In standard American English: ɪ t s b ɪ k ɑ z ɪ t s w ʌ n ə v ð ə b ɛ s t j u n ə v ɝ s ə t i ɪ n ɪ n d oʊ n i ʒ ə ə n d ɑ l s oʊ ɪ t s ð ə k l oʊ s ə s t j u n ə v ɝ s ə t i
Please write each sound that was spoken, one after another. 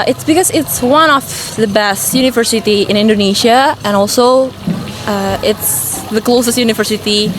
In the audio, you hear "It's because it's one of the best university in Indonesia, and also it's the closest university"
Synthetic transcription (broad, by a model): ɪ t s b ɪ k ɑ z ɪ t s w ʌ n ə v ð ə b ɛ s t j u n ə v ɝ s ə t i ɪ n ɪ n d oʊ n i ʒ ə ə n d ɑ l s oʊ ɪ t s ð ə k l oʊ s ə s t j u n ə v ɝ s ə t i